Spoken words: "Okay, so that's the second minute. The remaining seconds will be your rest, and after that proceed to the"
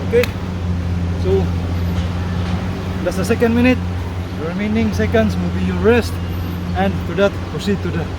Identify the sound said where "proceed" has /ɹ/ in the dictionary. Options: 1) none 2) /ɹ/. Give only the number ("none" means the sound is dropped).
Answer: 1